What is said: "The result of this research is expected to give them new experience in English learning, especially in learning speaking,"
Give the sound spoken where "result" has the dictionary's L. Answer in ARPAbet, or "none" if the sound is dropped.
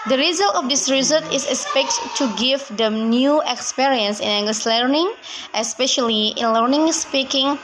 L